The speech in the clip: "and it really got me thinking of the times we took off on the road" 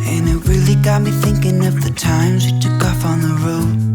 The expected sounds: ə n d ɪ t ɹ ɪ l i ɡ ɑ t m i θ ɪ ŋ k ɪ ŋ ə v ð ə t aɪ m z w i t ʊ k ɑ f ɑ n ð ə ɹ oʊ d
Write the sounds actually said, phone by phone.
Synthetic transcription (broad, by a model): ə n ɪ t ɹ ɪ l i ɡ ɑ t m i θ ɪ ŋ k ɪ ŋ ə v ð ə t aɪ m z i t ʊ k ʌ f n ð ə ɹ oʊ